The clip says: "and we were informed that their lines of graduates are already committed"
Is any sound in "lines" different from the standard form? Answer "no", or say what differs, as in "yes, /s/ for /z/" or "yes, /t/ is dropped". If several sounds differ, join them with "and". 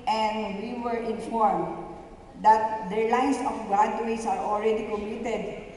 yes, /s/ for /z/